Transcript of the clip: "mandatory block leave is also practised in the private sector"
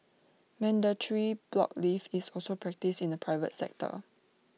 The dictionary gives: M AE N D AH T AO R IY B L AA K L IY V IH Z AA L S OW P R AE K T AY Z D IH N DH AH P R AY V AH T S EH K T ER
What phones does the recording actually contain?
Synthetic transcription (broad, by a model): M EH N D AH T R IY B L AA K L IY F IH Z AA L S OW P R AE K T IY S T IH N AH P R AY V AH T S EH K T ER